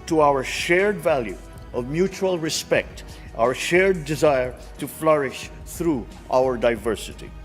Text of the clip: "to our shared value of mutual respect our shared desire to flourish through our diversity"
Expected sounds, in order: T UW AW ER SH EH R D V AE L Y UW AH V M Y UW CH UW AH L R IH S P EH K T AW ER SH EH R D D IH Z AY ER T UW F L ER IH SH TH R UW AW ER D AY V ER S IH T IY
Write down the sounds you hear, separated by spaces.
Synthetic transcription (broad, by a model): T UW AW ER SH EH R D V AE L Y UW AH V M Y UW CH UW AH L R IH S P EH K T AW ER SH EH R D D IH Z AY ER T UW F L ER IH SH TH R UW AW ER D AY V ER S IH T IY